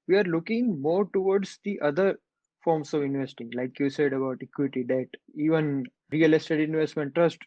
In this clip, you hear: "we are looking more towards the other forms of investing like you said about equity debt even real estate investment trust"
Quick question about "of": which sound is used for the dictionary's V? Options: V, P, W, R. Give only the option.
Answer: V